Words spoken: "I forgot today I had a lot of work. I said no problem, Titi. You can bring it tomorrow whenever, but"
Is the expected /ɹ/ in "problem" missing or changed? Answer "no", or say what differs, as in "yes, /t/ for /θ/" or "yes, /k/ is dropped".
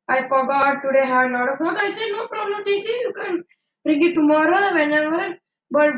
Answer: no